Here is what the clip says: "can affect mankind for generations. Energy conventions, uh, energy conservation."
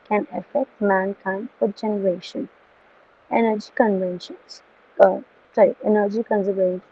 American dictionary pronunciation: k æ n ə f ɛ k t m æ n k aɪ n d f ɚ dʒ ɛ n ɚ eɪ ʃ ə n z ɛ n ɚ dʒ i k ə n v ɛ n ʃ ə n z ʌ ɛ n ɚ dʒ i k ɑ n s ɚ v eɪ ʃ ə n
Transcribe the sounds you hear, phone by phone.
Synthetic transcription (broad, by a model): k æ n ə f ɛ k t m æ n k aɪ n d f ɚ dʒ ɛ n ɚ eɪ ʃ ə n ɛ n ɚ dʒ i k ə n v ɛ n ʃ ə n s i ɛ n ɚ dʒ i k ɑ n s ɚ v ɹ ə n